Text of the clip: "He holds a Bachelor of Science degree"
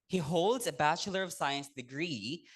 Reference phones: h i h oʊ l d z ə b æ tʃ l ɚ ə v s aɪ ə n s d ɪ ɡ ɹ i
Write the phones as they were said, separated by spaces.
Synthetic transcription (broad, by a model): h i h oʊ l d z ə b æ tʃ l ɚ ə v s aɪ ə n s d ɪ ɡ ɹ i